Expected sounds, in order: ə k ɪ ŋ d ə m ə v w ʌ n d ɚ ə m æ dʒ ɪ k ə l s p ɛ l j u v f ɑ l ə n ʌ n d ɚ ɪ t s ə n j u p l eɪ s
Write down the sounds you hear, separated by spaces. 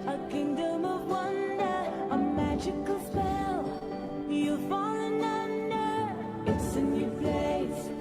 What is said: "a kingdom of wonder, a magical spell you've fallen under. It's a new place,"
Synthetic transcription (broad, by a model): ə k ɪ ŋ d ə m ə v w ʌ n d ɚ ə m æ dʒ ɪ k ə l s p ɛ l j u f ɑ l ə n ʌ n d ɚ ɪ t s ə n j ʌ p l eɪ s